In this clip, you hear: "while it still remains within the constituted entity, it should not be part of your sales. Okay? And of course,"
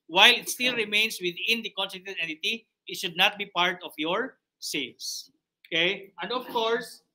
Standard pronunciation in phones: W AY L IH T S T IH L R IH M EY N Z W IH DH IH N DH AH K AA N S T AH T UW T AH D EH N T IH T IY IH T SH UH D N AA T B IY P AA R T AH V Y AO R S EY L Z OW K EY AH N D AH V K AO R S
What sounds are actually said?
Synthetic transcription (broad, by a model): W AY L IH T S T IH L R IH M EY N S W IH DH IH N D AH K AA N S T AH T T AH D EH N T IH T IY IH T SH UH D N AA T B IY P AA R T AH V Y AO R S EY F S OW K EY AH N D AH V K AO R S